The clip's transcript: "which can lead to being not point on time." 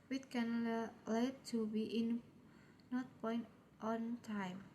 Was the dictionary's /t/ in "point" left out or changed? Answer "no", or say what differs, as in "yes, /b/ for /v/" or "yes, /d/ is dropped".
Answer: no